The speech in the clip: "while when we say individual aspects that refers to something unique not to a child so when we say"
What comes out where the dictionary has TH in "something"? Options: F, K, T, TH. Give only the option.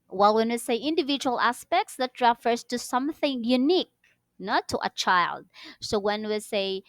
TH